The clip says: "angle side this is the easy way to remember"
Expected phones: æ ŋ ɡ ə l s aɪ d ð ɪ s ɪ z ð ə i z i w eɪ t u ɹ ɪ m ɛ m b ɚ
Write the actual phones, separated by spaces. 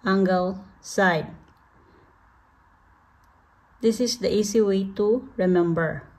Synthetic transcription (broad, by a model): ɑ ŋ ɡ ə l s aɪ d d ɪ s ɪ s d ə i s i w eɪ t u ɹ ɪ m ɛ m b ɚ